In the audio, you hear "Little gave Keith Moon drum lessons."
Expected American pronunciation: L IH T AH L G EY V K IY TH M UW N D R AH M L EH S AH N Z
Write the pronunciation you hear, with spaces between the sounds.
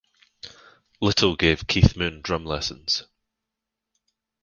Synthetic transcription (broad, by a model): L IH T AH L G EY V K IY TH M UW N D R AH M L EH S AH N Z